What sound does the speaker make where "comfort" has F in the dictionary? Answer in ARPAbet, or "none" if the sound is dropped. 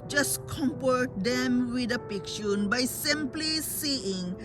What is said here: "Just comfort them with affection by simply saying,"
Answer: P